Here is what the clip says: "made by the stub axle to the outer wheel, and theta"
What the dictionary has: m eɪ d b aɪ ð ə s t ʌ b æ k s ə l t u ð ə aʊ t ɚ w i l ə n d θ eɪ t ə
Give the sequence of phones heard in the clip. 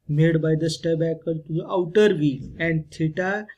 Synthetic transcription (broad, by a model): m eɪ d b aɪ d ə s t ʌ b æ k ə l t u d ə aʊ t ɚ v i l ə n d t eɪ t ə